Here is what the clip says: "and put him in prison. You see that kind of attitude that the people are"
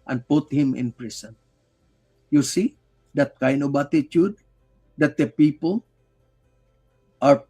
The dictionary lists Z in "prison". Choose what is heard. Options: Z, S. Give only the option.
S